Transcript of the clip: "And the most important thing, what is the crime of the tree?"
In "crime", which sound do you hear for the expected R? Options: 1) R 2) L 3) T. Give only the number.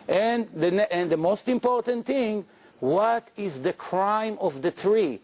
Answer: 1